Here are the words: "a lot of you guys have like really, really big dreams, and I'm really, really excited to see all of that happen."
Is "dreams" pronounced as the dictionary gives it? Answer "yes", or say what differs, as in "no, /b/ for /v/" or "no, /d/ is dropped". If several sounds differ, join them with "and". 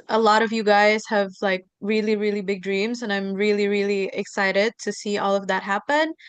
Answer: yes